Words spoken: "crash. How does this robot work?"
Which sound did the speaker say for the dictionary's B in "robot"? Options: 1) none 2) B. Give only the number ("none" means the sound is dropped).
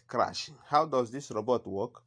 2